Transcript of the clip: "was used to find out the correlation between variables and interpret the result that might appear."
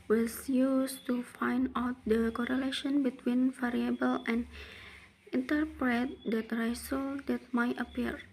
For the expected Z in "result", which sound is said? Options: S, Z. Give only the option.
S